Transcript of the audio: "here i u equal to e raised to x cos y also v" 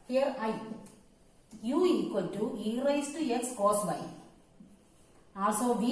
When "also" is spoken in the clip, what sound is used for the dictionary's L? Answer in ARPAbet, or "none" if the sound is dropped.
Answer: none